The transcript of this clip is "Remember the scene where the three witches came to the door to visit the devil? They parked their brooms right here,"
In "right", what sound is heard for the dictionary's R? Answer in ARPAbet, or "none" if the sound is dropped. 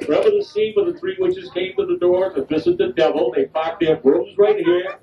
R